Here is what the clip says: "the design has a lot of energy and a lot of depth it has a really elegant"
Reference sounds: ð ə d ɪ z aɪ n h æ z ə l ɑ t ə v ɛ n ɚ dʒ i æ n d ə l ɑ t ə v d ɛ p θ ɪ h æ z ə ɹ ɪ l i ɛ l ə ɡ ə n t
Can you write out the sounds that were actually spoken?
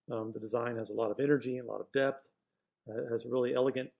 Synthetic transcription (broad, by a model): ð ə d ɪ z aɪ n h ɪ z ə l ɑ t ə v ɛ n ɚ dʒ i ə l ɑ t ə v d ɛ p θ ɪ z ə ɹ ɪ l i ɛ l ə ɡ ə n t